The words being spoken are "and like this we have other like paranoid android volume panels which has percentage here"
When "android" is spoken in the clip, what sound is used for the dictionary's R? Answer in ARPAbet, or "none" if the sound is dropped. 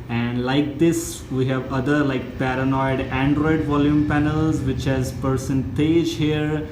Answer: R